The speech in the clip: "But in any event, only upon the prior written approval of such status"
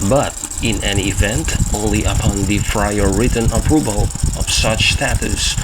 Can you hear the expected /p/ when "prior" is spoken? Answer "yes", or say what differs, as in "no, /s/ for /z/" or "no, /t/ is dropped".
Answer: no, /f/ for /p/